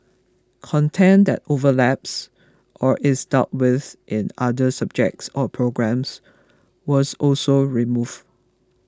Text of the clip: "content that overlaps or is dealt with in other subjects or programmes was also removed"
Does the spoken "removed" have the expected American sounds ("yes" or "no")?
no